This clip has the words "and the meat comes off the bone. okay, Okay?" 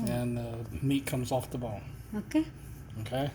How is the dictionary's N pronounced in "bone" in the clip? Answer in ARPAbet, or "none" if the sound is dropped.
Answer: L